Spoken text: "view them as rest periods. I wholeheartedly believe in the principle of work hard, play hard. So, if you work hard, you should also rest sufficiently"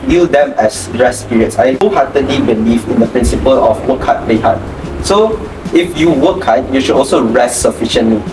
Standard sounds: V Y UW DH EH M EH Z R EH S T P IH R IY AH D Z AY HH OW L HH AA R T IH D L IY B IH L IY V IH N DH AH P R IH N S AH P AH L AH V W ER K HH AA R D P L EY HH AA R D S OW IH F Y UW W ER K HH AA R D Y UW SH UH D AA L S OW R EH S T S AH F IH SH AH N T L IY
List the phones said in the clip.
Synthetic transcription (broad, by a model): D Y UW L EH M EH S R EH S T P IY R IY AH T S AY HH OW HH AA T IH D L IY B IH L IY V IH N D AH P R IH N S AH P AH L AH F W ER K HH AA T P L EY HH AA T S OW IH F Y UW W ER K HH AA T Y UW SH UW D AA L S OW R EH S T S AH F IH SH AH N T L IY